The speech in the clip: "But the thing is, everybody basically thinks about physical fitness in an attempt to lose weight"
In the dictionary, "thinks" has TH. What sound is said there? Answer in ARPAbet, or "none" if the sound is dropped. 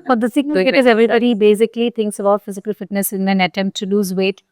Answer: T